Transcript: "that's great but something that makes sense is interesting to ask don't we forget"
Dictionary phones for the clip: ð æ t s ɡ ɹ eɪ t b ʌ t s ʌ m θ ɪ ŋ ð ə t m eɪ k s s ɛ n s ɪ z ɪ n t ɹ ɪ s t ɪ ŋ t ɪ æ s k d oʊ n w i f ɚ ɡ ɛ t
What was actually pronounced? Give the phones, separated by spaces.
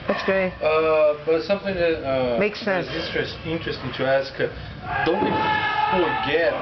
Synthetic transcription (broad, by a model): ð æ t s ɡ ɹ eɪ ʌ b ʌ t s ʌ m θ ɪ ŋ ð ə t m eɪ k s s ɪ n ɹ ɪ s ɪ n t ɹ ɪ s t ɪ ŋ t ɪ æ s k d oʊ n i f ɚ ɡ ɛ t